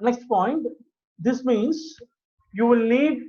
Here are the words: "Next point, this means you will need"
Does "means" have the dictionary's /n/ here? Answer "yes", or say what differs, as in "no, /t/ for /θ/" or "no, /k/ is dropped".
yes